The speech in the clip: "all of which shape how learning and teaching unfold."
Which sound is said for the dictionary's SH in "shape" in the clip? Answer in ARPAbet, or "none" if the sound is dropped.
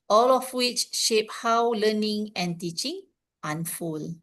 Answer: SH